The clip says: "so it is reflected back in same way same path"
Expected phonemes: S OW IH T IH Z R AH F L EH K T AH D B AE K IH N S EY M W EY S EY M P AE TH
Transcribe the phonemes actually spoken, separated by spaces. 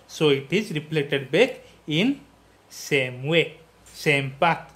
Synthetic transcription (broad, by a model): S OW IH T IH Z R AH P L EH T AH D B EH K IH N S EY M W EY S EY M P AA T